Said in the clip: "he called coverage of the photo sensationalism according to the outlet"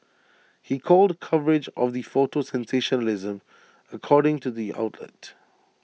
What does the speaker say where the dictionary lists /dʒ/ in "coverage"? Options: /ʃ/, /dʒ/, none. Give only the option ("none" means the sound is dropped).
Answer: /dʒ/